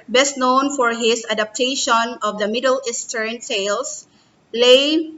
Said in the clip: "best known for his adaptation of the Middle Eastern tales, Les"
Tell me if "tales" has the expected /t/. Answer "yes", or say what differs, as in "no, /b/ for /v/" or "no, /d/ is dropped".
no, /s/ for /t/